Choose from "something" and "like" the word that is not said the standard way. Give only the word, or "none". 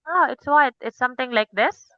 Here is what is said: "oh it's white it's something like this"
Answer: something